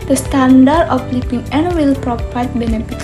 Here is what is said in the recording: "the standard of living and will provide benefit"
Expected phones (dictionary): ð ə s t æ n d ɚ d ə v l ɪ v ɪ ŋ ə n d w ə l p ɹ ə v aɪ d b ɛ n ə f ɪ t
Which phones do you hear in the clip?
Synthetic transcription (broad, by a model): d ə s t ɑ n d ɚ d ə f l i p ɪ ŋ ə n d w ə l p ɹ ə p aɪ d b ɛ n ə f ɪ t